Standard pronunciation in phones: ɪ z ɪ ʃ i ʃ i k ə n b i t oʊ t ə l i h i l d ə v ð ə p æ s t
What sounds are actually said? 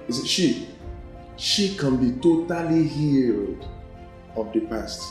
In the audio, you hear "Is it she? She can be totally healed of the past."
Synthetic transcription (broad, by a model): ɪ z ɪ ʃ i ʃ i k ə n b i t oʊ t ə l i h i l d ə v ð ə p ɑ s t